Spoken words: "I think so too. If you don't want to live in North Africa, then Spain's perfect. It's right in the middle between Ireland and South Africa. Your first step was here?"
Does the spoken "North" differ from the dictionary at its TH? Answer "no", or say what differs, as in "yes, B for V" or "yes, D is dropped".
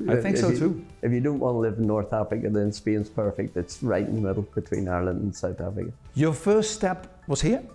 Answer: no